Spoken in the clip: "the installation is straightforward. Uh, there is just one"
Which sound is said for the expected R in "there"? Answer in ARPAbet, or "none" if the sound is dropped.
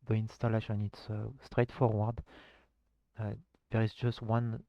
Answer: R